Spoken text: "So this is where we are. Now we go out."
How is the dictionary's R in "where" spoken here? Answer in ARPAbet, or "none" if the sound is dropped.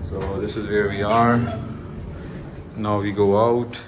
R